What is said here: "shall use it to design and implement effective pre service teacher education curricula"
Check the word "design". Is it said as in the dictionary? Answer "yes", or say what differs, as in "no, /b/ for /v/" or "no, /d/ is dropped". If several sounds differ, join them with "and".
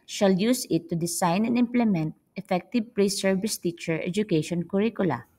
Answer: no, /s/ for /z/